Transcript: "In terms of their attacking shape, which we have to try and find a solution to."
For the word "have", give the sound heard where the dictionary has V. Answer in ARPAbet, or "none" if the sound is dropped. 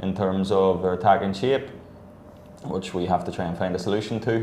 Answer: F